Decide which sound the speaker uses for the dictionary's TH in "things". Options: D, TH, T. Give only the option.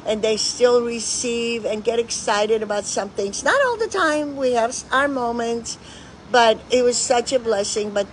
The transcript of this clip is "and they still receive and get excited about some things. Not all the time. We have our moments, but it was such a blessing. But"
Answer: TH